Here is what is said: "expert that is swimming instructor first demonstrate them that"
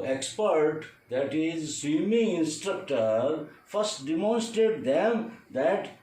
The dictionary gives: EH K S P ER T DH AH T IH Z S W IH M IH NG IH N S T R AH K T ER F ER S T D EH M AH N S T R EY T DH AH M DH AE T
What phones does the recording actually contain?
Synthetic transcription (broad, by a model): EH K S P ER T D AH T IH Z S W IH M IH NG IH N S T R AH K T ER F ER S T D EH M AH N S T R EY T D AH M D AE T